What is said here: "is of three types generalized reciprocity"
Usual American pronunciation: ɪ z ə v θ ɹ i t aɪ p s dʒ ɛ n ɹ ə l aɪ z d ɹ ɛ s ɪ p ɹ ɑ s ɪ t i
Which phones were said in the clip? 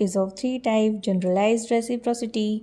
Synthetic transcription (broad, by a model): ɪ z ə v t ɹ i t aɪ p dʒ ɛ n ɹ ə l aɪ z d ɹ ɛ s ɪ p ɹ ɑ s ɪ t i